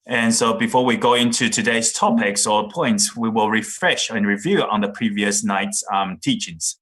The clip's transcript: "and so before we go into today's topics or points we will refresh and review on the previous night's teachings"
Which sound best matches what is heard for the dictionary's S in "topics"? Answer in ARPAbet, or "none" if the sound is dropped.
S